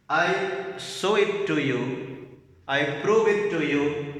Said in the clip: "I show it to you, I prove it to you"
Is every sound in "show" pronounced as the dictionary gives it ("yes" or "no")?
no